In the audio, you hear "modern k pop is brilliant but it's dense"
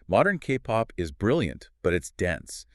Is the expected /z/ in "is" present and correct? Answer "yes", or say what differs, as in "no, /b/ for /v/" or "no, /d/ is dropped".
yes